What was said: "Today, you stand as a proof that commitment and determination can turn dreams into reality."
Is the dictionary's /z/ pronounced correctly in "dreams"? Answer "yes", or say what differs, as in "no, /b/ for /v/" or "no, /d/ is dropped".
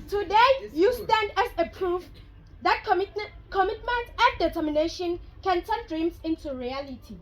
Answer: no, /s/ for /z/